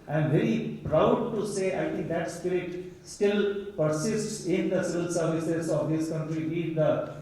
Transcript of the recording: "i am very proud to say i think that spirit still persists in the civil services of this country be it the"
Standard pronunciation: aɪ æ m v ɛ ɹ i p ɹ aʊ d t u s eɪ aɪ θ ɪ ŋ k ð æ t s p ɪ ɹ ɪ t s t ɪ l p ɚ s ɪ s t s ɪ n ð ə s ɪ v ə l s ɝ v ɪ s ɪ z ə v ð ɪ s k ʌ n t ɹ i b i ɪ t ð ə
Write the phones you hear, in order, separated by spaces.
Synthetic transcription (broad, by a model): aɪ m v ɛ ɹ i p ɹ aʊ d t u s eɪ aɪ t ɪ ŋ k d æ t s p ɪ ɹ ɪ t s t ɪ l p ɚ s ɪ s t s ɪ n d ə s ɪ v ə l s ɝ v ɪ s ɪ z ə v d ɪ s k ʌ n t ɹ i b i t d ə